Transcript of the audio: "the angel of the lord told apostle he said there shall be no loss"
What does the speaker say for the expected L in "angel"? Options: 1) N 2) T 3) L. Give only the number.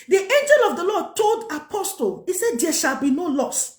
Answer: 3